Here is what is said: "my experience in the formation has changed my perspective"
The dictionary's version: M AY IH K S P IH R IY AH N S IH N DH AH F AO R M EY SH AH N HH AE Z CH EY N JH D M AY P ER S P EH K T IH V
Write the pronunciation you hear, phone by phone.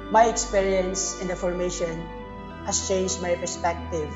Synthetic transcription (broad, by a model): M AY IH K S P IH R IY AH N S IH N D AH F AO R M EY SH AH N HH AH S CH EY N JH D M AY P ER S P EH K T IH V